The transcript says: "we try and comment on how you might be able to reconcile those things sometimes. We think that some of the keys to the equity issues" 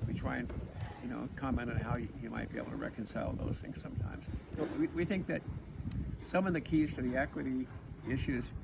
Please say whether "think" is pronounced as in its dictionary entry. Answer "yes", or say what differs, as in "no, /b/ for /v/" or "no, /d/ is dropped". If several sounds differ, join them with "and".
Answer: yes